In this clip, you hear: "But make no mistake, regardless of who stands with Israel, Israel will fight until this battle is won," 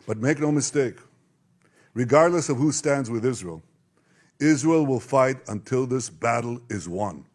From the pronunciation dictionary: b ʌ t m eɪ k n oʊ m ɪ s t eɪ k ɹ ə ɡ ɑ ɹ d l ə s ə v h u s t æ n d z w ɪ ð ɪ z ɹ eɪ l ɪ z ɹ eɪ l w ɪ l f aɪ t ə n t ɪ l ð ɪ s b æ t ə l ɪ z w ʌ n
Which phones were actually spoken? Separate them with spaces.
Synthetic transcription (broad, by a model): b ʌ t m eɪ k n oʊ m ɪ s t eɪ k ɹ ə ɡ ɑ ɹ d l ə s ə v h u s t æ n d z w ɪ ð ɪ z ɹ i l ɪ z ɹ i l w ɪ l f aɪ t ə n t ɪ l ð ɪ s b æ t l ɪ z w ʌ n